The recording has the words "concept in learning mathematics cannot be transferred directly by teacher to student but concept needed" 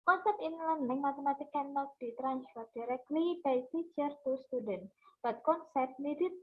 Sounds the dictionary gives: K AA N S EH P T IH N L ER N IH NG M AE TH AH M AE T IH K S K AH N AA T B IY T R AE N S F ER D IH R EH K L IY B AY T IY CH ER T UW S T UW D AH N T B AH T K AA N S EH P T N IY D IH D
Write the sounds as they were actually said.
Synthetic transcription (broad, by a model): K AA N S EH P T IH N L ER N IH NG M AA T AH M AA T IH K K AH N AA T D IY T R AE N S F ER D IH R EH K L IY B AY T IY CH ER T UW S T UW D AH N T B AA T K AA N S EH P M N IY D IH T